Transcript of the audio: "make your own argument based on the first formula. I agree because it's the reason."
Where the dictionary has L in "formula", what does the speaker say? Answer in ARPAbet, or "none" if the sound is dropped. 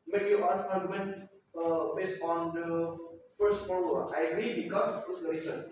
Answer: none